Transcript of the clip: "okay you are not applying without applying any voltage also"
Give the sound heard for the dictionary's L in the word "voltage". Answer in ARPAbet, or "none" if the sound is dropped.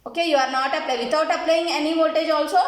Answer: none